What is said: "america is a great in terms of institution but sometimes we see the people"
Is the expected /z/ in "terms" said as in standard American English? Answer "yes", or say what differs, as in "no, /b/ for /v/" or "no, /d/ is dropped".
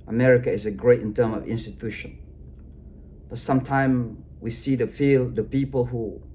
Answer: no, /z/ is dropped